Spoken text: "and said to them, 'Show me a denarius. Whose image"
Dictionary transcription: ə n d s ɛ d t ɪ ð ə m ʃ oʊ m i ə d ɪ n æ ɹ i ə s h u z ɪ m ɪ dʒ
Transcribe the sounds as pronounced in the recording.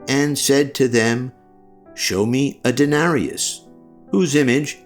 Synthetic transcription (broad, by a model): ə n s ɛ d t ɪ ð ə m ʃ oʊ m i ə d ɪ n æ ɹ i ə s h u z ɪ m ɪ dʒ